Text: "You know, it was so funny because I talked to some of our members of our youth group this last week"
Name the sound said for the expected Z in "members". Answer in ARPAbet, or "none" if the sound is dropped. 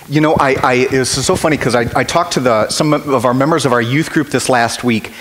Z